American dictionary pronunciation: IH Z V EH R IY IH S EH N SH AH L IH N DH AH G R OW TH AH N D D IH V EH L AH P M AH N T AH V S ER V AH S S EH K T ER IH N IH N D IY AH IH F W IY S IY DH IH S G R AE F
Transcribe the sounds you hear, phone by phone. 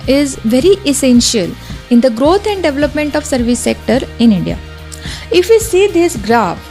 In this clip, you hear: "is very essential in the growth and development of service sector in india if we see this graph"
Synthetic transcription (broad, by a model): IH Z V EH R IY IH S EH N SH AH L IH N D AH G R OW T AH N D D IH V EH L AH P M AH N T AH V S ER V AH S S EH K T ER IH N IH N D IY AH IH F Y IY S IY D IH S G R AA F